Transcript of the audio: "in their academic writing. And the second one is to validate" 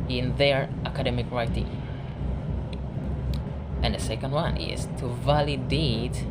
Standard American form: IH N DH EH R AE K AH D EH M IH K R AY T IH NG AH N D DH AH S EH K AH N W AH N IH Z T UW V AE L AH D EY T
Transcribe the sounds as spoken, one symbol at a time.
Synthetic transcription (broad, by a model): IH N DH EH R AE K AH D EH M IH K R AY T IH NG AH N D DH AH S EH K AH N W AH N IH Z T UW V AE L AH D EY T